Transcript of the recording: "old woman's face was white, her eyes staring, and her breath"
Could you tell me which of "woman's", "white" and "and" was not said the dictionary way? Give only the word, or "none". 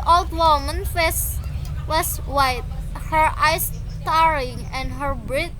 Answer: woman's